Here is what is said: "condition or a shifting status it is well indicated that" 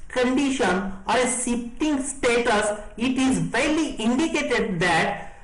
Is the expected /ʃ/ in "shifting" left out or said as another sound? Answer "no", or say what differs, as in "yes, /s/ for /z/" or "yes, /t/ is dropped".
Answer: yes, /s/ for /ʃ/